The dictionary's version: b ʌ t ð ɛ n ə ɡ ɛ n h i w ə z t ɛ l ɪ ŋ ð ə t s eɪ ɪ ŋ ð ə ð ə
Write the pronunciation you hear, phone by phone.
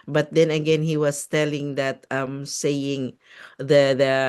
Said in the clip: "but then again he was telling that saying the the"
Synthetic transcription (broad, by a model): b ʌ t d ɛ n ə ɡ ɛ n h i w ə s t ɛ l ɪ ŋ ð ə t s eɪ ɪ ŋ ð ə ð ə